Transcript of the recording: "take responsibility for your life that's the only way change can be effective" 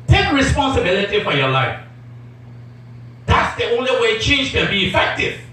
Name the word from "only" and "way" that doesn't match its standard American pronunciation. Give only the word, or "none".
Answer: none